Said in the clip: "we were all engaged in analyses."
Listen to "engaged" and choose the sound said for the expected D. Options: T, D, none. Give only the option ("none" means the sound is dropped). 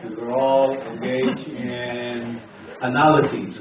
none